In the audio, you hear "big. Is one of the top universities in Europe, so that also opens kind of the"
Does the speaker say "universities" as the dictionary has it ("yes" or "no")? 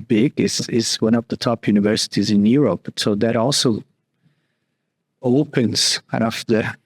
yes